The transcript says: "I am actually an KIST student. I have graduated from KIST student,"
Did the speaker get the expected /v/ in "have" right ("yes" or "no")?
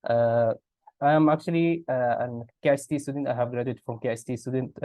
yes